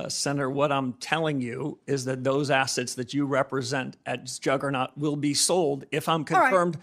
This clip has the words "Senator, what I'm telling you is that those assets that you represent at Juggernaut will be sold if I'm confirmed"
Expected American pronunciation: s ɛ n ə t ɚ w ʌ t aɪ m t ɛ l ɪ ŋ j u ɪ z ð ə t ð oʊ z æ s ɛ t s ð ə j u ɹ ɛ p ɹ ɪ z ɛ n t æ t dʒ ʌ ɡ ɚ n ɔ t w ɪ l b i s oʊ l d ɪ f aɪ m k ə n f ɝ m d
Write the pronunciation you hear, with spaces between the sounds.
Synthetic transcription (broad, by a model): s ɛ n ə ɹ w ʌ t aɪ m t ɛ l ɪ ŋ j u ɪ z ð ə t ð oʊ z æ s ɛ t s ð ə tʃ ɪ ɹ ɛ p ɹ ɪ z ɛ n t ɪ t dʒ ʌ ɡ ɚ n ɔ t w ɪ l b i s oʊ l d ɪ f aɪ m k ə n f ɝ m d